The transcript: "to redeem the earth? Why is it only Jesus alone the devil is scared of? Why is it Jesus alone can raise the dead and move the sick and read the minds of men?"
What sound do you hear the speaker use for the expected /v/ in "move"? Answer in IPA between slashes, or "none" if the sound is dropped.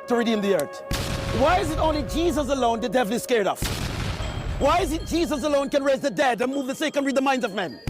/v/